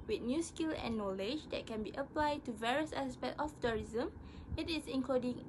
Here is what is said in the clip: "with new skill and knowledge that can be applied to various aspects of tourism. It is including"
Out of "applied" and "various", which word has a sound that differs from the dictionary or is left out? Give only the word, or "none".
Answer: none